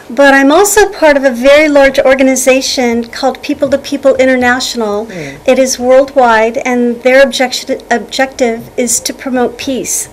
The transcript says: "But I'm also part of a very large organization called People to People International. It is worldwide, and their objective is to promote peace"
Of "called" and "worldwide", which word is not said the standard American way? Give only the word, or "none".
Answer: none